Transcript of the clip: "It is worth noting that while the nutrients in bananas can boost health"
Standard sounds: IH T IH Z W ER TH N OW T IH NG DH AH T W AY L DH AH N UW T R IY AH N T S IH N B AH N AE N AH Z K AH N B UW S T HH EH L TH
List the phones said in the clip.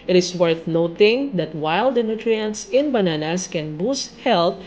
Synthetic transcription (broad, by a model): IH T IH S W ER TH N OW T IH NG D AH T W AY L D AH N UW T R IY AH N T S IH N B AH N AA N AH S K AH N B UW S T HH EH L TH